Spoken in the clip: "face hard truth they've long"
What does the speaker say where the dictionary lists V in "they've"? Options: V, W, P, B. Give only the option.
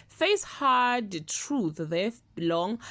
B